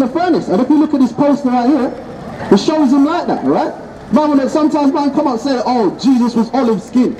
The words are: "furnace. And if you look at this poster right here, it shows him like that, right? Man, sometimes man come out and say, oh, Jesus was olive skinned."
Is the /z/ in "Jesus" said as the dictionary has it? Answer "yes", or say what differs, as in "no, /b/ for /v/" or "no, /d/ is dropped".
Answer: yes